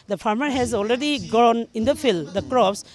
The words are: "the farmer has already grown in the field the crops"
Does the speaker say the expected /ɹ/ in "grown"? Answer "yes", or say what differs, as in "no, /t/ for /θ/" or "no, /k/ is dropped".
no, /ɹ/ is dropped